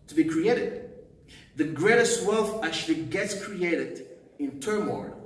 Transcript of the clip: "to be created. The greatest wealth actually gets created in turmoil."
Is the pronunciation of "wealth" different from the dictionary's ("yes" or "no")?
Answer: no